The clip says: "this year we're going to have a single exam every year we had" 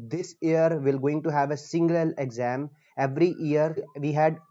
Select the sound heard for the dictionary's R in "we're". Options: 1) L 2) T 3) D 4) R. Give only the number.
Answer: 1